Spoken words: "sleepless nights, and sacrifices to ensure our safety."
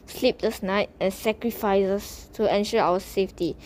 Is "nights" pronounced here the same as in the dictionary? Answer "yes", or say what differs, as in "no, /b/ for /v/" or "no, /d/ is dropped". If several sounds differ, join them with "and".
no, /s/ is dropped